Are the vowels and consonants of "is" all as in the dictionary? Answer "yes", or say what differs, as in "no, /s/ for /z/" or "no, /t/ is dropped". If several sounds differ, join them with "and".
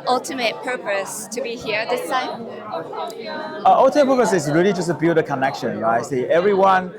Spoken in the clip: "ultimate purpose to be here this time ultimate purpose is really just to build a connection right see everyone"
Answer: no, /s/ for /z/